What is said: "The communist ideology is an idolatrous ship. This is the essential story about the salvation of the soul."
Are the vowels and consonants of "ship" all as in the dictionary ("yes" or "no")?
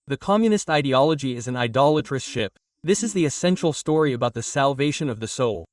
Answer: yes